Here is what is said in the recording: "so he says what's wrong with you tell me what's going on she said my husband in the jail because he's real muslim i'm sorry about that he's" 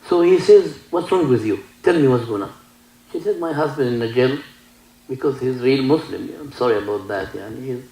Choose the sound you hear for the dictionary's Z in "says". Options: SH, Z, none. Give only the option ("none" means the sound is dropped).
Z